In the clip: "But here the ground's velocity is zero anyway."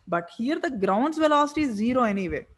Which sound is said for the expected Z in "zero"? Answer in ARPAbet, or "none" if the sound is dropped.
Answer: Z